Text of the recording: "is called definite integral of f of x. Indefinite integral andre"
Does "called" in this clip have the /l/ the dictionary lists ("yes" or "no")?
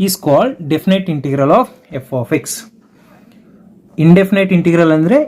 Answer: yes